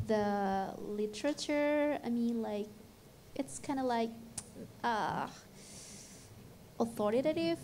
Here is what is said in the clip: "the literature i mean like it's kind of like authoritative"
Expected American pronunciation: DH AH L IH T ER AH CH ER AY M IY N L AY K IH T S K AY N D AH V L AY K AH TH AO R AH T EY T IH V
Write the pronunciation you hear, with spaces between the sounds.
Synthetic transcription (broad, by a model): DH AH L IH T ER AH CH ER AY M IY N L AY K IH T S K AY N D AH L AY K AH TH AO R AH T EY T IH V